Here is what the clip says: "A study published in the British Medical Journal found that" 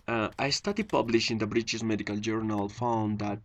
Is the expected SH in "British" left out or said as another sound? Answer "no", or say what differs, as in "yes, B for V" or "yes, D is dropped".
yes, S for SH